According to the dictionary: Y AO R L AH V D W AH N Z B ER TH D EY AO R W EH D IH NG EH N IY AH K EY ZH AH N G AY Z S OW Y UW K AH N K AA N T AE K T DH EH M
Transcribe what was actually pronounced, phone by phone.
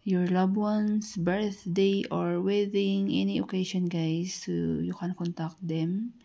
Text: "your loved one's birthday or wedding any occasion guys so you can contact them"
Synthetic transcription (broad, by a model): Y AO R L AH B W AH N S B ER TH D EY AO R W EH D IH NG EH N IY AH K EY SH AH N G AY S OW Y UW K AH N K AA N T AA K T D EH M